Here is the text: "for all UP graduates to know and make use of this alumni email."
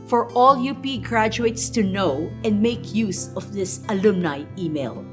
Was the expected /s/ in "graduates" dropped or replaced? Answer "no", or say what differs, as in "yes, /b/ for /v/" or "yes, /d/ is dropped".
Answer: no